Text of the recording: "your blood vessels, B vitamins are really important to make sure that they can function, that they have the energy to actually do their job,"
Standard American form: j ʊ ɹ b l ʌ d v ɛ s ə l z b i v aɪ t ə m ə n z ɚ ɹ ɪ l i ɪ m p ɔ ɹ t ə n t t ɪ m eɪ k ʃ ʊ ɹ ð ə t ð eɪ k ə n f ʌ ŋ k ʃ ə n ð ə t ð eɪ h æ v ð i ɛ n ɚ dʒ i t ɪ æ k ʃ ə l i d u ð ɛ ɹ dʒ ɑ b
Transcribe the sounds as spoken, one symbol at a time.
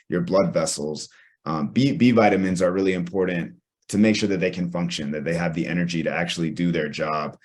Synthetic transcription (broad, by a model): j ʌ ɹ b l ʌ d v ɛ s l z b i v aɪ t ə m ə n z ɚ ɹ ɪ l i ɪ m p ɔ ɹ t n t t ɪ m eɪ k ʃ ʊ ɹ ð ə t ð eɪ k ə n f ʌ ŋ k ʃ ə n ð ə t ð eɪ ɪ v ð i ɛ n ɚ dʒ i t ɪ æ k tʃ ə l i d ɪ ð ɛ ɹ dʒ ɑ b